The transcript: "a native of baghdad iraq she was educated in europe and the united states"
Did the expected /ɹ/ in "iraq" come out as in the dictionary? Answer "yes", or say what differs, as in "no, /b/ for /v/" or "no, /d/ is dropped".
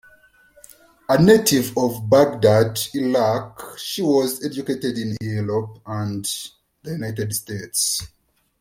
no, /l/ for /ɹ/